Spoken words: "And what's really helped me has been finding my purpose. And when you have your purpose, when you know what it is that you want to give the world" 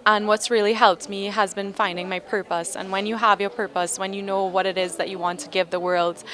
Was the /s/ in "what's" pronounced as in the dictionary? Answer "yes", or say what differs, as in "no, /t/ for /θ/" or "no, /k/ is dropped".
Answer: yes